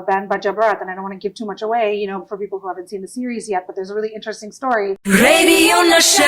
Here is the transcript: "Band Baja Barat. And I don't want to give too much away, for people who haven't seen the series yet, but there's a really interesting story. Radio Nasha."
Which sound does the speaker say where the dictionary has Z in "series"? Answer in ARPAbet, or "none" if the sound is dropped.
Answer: Z